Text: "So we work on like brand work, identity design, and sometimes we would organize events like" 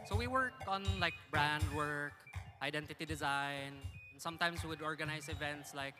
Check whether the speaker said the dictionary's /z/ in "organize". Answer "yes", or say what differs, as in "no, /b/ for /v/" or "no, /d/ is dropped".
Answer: no, /s/ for /z/